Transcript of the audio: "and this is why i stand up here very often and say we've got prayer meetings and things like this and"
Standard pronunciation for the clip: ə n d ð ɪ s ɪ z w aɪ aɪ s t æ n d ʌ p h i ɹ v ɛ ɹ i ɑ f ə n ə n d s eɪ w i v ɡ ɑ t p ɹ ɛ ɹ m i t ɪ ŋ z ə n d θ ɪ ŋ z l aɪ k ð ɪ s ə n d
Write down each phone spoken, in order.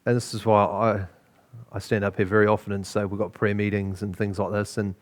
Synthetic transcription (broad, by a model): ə n ð ɪ s ɪ z w aɪ aɪ s t æ n d ʌ p h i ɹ v ɛ ɹ i ɑ f ə n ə n s eɪ w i ɡ ɑ t p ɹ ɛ m i t ɪ ŋ z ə n θ ɪ ŋ z l aɪ k ð ɪ s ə n